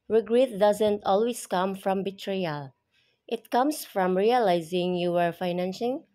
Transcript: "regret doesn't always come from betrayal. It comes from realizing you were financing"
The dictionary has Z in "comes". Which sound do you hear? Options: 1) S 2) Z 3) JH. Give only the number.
1